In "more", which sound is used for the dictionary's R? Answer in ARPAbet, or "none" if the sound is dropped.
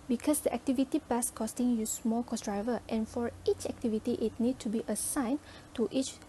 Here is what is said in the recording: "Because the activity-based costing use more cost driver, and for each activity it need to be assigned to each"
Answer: L